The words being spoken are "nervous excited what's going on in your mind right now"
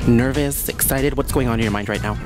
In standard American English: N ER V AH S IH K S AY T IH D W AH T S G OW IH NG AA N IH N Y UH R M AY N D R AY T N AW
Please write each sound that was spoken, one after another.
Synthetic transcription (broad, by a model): N ER V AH S IH K S AY T IH D W AH T S G OW IH NG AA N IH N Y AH R M AY N D R AY T N AW